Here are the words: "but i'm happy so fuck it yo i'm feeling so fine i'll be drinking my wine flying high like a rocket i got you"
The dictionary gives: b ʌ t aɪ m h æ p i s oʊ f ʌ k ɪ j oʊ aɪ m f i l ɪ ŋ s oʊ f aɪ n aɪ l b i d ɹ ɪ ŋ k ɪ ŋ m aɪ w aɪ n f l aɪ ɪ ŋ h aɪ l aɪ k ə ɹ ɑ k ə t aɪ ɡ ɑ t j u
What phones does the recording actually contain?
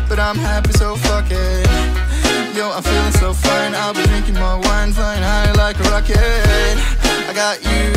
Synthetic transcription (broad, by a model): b ʌ t aɪ m h æ p i s oʊ f ʌ k ɪ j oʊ aɪ m f i l ɪ ŋ s oʊ f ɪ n aɪ l b i d ɹ ɪ ŋ k ɪ ŋ m aɪ w aɪ n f aɪ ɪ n aɪ l aɪ k ə ɹ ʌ k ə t aɪ ɡ ɑ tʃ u